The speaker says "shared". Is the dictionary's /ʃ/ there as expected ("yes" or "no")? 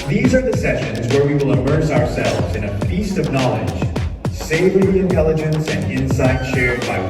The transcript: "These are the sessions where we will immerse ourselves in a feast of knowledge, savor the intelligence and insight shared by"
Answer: yes